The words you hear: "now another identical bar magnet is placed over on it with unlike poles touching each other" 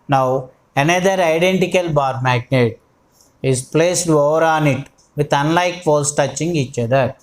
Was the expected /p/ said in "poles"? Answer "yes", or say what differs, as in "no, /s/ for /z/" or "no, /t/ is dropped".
no, /f/ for /p/